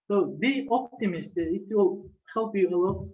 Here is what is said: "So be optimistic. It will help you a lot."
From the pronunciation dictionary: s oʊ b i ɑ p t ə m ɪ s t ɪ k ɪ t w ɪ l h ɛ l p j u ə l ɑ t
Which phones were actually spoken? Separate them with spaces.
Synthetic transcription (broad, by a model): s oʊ b i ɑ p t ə m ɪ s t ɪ ɪ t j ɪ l h ɛ l p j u ə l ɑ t